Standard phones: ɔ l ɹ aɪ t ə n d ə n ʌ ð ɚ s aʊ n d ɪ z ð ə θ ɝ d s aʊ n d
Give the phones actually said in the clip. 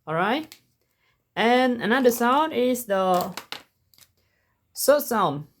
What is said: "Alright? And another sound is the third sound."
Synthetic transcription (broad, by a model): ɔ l ɹ aɪ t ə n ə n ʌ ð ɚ s aʊ n d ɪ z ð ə s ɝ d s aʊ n